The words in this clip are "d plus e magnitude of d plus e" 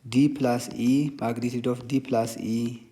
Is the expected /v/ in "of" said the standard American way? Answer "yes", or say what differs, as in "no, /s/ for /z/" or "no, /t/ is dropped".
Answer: no, /f/ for /v/